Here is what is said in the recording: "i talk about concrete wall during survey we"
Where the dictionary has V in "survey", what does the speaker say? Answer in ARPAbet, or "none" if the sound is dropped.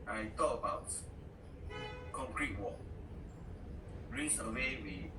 W